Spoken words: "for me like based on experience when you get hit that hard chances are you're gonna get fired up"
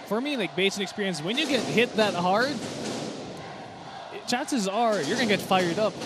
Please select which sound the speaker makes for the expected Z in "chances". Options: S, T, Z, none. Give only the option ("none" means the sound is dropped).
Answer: Z